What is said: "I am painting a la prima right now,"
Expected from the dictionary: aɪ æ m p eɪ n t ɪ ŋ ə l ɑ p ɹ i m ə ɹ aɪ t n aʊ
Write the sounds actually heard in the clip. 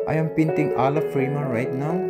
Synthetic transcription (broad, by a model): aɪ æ m p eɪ n t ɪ ŋ ə l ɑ f ɹ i m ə ɹ aɪ t n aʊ